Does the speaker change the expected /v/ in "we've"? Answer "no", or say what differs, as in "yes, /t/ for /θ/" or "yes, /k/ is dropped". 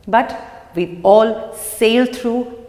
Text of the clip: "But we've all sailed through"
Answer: yes, /v/ is dropped